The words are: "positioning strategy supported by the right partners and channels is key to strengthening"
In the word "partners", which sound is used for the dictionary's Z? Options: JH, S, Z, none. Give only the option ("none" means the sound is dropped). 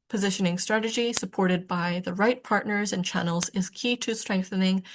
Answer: Z